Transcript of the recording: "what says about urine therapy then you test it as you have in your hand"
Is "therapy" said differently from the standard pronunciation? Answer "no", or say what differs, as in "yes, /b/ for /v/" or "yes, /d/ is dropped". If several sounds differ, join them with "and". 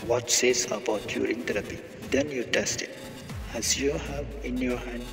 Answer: yes, /t/ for /θ/